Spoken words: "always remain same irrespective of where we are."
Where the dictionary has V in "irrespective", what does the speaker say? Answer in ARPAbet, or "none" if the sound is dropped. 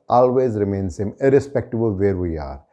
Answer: B